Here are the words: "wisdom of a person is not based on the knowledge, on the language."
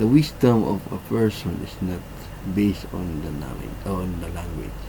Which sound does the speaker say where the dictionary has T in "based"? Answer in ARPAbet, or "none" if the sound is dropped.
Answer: T